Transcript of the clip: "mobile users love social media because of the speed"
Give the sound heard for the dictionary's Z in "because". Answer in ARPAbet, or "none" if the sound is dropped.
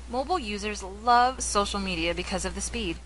Z